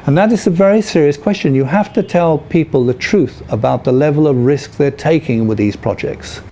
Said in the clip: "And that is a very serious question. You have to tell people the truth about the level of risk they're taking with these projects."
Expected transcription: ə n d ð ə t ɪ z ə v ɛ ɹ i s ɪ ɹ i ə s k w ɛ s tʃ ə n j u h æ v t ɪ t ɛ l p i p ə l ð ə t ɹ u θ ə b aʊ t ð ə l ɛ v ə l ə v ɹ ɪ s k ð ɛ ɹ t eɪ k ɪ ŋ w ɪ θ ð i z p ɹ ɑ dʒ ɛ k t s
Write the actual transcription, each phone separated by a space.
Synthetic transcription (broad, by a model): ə n ð ə t ɪ z ə v ɛ ɹ i s ɪ ɹ i ə s k w ɛ s tʃ ə n j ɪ h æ f t ɪ t ɛ l p i p ə l ð ə t ɹ u θ ə b aʊ t ð ə l ɛ v ə l ə v ɹ ɪ s k ð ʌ ɹ t eɪ k ɪ ŋ w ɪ ð i z p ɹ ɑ dʒ ɛ k t s